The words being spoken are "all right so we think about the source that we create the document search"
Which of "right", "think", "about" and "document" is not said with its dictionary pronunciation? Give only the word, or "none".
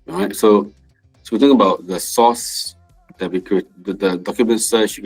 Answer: think